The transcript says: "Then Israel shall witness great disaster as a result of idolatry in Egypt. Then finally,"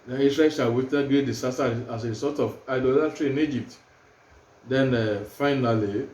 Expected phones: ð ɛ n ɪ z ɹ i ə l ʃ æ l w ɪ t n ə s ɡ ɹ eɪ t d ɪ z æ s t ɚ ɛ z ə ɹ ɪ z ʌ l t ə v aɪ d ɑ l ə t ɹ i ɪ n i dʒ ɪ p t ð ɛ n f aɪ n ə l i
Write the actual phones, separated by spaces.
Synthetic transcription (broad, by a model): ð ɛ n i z ɹ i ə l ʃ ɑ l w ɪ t ə ɡ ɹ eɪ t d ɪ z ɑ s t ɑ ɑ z ə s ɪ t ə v aɪ d ɑ l ə t ɹ i ɪ n i dʒ ɪ p t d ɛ n f aɪ n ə l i